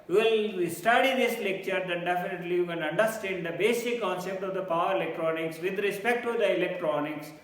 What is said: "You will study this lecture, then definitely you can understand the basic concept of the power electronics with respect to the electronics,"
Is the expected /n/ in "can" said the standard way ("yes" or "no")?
no